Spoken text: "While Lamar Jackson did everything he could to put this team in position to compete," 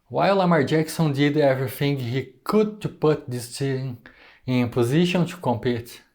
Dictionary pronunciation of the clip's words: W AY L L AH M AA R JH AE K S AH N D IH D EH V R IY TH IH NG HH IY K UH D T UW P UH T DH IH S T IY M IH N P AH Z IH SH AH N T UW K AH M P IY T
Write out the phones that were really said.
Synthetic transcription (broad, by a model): W AY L L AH M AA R JH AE K S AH N D IH D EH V R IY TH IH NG HH IY K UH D T UW P UH T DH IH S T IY IH N P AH Z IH SH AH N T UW K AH M P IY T